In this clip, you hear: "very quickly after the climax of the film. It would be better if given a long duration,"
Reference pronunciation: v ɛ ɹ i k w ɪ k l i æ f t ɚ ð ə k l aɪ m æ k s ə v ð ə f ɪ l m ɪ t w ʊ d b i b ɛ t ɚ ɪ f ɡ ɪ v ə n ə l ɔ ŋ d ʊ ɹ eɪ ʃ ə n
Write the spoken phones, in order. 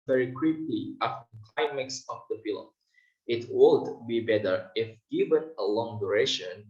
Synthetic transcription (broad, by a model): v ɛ ɹ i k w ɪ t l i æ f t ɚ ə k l aɪ m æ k s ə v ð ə p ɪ l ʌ ɪ t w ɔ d b i b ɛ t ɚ ɪ f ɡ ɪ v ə n ə l ɔ ŋ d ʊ ɹ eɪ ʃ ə n